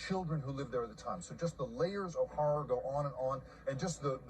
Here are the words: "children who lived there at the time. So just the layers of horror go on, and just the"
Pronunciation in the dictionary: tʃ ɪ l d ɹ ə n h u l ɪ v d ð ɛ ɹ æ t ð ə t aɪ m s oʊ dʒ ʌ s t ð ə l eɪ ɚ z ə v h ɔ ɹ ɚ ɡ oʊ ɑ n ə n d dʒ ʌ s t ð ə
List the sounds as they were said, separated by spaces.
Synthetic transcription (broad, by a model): tʃ ɪ l d ɹ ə n h u l ɪ v ð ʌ ɹ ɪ t ð ə t aɪ m s oʊ dʒ ʌ s t ð ə l eɪ ɚ z ə v h ɔ ɹ ɚ ɡ oʊ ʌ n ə n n dʒ ʌ s t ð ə